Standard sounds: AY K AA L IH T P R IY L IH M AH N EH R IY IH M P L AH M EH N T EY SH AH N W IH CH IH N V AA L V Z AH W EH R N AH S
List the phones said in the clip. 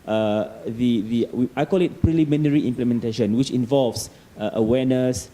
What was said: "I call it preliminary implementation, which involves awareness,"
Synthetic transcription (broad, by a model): AY K AA L IH T P R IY L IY M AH N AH R IY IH M P L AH M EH N T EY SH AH N W IH CH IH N V AA L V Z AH W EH N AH S